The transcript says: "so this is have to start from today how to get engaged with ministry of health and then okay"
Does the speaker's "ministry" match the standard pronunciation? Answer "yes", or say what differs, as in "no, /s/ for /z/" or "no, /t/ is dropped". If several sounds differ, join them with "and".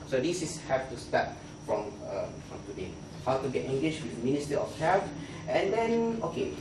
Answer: no, /ɹ/ is dropped